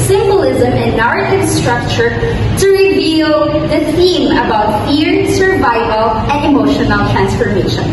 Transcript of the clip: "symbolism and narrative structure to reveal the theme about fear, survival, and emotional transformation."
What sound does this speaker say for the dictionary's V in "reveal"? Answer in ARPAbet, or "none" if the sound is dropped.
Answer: V